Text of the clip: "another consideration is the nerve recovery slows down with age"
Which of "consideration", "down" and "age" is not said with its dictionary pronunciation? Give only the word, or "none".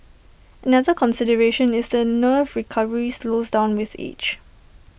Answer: age